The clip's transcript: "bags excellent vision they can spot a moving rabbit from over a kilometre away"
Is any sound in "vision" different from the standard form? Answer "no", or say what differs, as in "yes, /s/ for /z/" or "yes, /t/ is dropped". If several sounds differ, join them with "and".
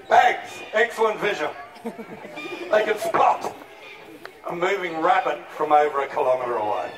no